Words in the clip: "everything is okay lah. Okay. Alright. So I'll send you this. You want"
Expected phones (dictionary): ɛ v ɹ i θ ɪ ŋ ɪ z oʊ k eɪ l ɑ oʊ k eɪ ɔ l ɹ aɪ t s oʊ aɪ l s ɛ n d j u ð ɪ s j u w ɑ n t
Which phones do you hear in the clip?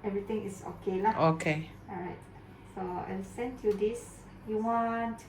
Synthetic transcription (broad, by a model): ɛ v ɹ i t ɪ ŋ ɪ s oʊ k eɪ l ɑ oʊ k eɪ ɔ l ɹ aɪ t s oʊ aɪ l s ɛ n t j u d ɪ s j u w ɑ n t